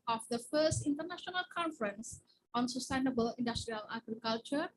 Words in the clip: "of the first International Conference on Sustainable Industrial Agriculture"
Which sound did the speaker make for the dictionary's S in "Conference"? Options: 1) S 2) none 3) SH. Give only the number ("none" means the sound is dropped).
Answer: 1